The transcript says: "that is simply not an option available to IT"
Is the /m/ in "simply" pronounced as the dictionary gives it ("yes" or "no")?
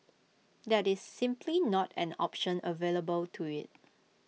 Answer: yes